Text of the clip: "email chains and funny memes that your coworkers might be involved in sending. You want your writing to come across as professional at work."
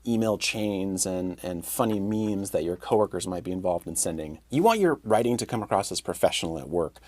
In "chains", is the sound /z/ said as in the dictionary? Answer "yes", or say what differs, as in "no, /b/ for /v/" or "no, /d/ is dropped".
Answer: yes